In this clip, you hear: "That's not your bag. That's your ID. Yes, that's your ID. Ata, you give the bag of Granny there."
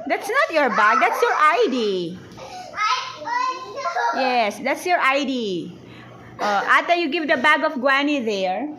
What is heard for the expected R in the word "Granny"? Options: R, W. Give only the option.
W